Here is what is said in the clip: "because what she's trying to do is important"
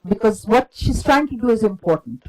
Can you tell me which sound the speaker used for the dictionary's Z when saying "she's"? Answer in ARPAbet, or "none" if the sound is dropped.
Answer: S